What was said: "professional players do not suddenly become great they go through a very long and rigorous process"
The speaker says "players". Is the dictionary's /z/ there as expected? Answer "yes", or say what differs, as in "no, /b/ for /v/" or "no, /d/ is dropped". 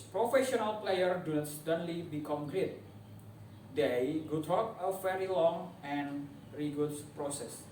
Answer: no, /z/ is dropped